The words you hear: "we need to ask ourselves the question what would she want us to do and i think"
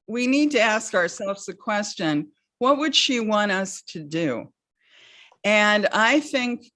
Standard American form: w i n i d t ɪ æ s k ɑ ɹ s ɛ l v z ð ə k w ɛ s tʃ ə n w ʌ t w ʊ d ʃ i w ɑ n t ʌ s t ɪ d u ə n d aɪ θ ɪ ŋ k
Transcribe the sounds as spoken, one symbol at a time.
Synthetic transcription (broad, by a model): w i n i d t ɪ æ s k ɑ ɹ s ɛ l v z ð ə k w ɛ s tʃ ə n w ʌ t w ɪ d ʃ i w ɑ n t ʌ s t ɪ d u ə n aɪ θ ɪ ŋ k